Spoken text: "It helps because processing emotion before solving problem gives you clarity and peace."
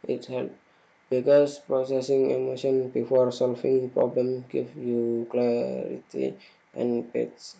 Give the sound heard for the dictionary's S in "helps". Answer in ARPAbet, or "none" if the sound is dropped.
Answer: none